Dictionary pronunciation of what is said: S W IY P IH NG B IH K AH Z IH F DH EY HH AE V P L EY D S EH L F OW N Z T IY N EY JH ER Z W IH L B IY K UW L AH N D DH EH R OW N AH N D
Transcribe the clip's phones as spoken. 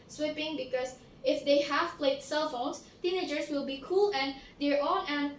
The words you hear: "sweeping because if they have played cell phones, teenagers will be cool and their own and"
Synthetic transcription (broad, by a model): S W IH P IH NG B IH K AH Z IH F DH EY HH AE V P L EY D S EH L F OW N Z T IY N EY JH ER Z W IH L B IY K UW L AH N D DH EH R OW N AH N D